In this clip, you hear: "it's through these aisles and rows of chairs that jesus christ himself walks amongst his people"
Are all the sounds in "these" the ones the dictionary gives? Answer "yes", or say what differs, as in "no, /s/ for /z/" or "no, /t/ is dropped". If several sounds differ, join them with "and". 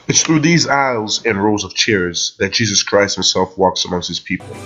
yes